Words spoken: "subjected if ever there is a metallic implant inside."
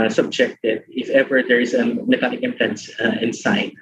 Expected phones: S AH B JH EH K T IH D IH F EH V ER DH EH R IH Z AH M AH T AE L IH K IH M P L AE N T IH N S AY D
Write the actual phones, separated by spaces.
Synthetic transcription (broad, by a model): S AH B JH EH K T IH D IH F EH V ER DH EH R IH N AH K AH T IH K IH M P EH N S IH N S AY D